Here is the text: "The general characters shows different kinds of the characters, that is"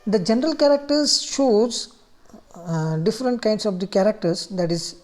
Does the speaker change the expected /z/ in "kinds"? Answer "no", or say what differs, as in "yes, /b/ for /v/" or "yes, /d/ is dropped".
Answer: yes, /s/ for /z/